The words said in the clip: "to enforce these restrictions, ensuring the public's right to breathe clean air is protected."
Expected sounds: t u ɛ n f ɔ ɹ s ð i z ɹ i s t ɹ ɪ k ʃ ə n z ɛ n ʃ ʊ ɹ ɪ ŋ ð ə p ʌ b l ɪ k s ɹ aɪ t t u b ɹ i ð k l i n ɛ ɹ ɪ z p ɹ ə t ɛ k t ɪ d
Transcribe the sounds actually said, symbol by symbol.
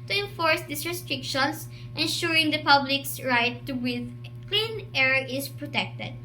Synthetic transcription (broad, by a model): t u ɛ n f ɔ ɹ s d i s ɹ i s t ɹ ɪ k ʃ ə n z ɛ n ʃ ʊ ɹ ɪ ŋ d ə p ʌ b l ɪ k s ɹ aɪ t t u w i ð k l i n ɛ ɹ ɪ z p ɹ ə t ɛ k t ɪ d